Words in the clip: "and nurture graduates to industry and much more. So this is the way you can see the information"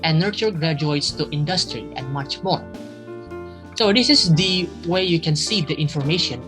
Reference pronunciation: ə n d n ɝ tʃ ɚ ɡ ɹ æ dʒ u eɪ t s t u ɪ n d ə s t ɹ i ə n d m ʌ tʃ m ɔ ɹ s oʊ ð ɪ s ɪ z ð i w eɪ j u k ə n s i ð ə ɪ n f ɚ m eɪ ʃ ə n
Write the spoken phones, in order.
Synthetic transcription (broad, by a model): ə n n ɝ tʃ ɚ ɡ ɹ æ dʒ u eɪ t s t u ɪ n d ə s t ɹ i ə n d m ʌ tʃ m ɔ ɹ s oʊ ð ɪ s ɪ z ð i w eɪ j u k ə n s i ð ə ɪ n f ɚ m eɪ ʃ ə n